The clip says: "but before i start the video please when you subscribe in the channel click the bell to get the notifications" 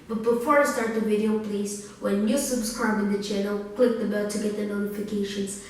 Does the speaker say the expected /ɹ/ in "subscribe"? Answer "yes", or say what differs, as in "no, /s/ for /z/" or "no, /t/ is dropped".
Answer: no, /ɹ/ is dropped